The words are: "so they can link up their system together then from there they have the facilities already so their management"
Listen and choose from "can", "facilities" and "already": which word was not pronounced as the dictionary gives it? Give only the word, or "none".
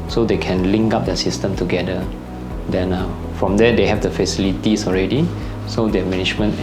facilities